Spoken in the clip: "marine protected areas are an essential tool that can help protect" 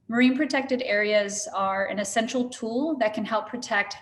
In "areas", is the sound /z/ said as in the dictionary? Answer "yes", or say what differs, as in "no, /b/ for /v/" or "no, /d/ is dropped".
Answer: yes